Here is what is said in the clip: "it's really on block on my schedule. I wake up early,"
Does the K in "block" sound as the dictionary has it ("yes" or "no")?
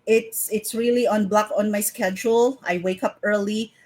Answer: yes